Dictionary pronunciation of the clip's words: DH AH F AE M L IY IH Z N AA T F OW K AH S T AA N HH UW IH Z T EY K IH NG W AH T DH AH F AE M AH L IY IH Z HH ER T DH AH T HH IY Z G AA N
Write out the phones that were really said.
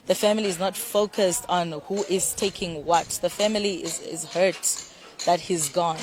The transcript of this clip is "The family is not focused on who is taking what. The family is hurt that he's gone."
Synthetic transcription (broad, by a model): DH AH F AE M L IY IH Z N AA T F OW K AH S T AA N HH UW IH Z T EY K IH NG W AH T DH AH F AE M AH L IY IH Z HH ER T DH AH T HH IY Z G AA N